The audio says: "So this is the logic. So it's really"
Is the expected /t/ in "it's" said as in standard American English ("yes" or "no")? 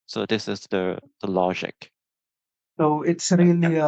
yes